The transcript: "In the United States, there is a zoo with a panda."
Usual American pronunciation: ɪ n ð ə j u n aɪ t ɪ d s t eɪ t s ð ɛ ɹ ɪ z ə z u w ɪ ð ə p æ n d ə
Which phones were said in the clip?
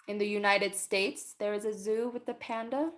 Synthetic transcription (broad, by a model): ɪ n ð ə j u n aɪ t ɪ d s t eɪ t s ð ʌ ɹ ɪ z ə z u w ɪ ð ə p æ n d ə